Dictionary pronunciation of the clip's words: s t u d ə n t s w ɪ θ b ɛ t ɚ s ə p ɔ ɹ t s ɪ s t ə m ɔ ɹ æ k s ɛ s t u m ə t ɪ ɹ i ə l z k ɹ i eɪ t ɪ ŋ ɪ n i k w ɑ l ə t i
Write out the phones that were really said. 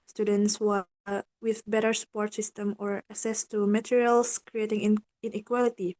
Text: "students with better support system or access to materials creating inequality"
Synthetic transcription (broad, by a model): s t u d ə n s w w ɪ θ b ɛ t ɚ s ə p ɔ ɹ t s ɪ s t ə m ɔ ɹ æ s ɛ s t u m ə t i ɹ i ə l s k ɹ i eɪ t ɪ ŋ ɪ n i k w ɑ l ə t i